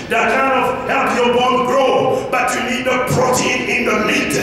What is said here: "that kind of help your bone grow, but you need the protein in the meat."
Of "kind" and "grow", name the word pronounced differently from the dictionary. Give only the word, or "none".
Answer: kind